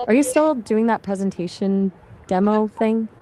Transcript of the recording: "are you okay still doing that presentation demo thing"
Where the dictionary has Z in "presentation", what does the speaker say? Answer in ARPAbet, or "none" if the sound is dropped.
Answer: Z